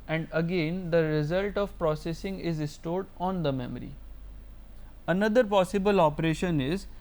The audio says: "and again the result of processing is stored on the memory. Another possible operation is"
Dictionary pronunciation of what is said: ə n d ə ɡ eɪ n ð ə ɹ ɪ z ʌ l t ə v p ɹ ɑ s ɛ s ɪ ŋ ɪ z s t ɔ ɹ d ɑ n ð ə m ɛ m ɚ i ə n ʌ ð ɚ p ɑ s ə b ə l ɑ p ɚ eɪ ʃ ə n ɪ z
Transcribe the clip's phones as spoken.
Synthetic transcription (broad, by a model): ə n d ə ɡ eɪ n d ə ɹ ɪ z ʌ l t ə v p ɹ ɑ s ɛ s ɪ ŋ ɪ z s t ɔ ɹ d ɑ n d ə m ɛ m ɚ i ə n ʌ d ɚ p ɑ s ə b ə l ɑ p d eɪ ʃ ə n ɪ z